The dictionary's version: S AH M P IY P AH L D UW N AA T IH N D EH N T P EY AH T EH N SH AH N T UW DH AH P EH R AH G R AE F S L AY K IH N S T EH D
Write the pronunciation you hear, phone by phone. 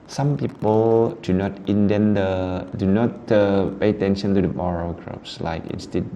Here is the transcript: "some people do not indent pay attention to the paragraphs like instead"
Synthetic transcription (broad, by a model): S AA M P IY P AH L D UW N AA T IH N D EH N T P EY AH T EH N SH AH N T UW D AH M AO R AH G R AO P S L AY K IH N S T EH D